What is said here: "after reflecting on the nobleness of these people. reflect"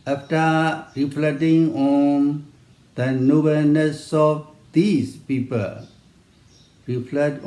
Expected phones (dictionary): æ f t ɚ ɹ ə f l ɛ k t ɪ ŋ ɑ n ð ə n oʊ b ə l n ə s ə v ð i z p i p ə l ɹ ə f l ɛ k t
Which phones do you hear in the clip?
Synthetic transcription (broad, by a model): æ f t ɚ ɹ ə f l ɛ t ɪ ŋ ɑ n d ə n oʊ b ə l n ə s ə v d i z p i p ə l ɹ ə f l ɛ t